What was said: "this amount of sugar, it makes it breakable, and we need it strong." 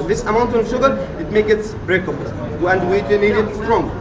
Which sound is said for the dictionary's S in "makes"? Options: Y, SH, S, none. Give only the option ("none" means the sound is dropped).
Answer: none